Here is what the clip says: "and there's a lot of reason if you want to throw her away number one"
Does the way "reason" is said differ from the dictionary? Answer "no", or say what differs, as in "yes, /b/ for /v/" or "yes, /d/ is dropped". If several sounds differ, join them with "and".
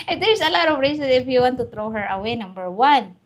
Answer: yes, /s/ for /z/